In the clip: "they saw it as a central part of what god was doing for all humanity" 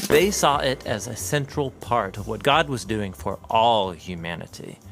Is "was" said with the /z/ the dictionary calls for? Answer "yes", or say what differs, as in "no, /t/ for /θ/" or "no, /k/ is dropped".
yes